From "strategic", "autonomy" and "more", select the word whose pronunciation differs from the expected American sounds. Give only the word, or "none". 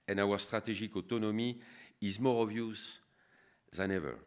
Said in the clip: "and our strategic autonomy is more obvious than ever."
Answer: strategic